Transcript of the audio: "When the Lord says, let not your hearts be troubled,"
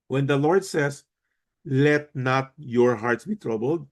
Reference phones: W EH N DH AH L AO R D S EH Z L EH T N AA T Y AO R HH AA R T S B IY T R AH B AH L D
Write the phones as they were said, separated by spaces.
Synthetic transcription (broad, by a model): W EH N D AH L AO R D S EH S L EH T N AA T Y AO R HH AA R T S B IY T R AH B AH L D